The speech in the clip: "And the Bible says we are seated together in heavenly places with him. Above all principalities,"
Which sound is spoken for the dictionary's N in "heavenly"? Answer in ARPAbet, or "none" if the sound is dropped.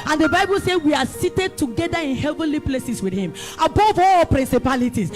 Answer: N